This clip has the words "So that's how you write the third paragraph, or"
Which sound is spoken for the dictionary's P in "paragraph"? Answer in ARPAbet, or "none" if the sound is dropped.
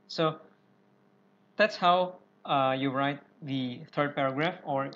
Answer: P